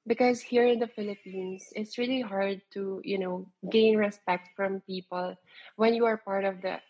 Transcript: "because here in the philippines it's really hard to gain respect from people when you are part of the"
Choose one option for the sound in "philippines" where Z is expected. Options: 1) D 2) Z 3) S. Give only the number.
3